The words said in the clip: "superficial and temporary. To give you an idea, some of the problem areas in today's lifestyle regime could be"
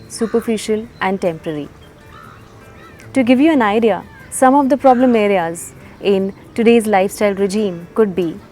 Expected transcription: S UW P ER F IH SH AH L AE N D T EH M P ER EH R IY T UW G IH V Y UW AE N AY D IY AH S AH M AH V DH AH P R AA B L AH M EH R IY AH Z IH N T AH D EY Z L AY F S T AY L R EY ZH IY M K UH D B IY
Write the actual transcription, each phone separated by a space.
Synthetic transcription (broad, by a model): S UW P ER F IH SH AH L AE N D T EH M P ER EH R IY T UW G IH V Y UW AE N AY D IY AH S AH M AH V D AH P R AA B L AH M EH R IY AH Z IH N T AH D EY Z L AY F S T AY L R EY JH IY M K UH D B IY